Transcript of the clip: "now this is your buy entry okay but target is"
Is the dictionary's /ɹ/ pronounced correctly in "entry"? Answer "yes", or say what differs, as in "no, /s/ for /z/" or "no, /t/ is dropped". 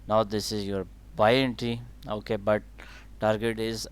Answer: no, /ɹ/ is dropped